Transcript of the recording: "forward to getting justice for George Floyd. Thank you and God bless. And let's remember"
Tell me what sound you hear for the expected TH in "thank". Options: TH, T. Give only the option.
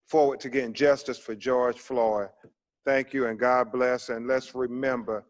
TH